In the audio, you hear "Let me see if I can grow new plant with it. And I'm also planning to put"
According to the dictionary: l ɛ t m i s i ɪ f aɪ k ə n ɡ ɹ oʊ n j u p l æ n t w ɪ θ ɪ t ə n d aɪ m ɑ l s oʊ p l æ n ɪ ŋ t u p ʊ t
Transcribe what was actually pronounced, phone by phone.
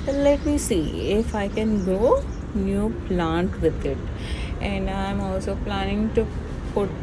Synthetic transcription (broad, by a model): l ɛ t m i s i ɪ f aɪ k ə n ɡ oʊ n j u p l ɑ n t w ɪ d ɪ t ə n d aɪ m ɑ l s oʊ p l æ n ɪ ŋ t u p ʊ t